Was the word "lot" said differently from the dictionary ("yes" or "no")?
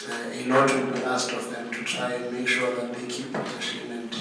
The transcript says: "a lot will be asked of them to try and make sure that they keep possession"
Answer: yes